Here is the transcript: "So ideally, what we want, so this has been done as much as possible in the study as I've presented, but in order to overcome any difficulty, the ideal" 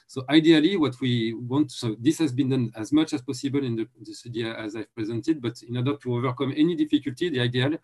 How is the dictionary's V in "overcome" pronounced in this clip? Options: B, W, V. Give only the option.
V